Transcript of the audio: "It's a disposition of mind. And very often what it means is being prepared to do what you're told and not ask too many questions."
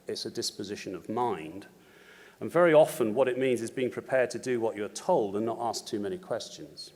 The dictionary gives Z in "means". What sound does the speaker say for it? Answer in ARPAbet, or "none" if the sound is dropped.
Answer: Z